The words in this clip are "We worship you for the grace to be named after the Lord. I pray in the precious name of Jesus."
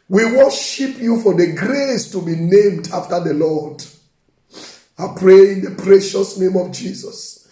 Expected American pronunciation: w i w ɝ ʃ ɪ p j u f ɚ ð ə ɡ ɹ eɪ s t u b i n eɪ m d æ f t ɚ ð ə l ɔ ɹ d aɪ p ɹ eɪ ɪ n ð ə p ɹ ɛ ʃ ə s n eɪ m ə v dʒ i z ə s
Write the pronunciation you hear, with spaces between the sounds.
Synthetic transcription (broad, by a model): w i w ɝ ʃ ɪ p j u f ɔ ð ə ɡ ɹ eɪ s t u b i n eɪ m d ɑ f t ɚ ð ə l ɔ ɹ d aɪ p ɹ eɪ ɪ n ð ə p ɹ ɛ ʃ ə s n eɪ m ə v dʒ i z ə s